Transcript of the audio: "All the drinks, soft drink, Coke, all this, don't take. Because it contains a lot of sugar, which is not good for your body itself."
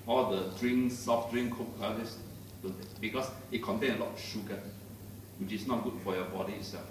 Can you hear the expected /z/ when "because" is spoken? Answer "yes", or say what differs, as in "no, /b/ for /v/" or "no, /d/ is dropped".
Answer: no, /s/ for /z/